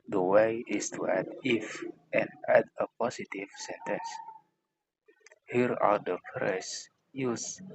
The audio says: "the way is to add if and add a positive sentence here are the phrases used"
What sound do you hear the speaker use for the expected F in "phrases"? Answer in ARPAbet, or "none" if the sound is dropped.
P